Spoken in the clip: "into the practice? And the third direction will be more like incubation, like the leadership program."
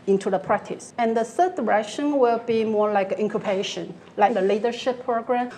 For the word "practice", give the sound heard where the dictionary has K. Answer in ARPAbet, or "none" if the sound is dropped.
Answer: K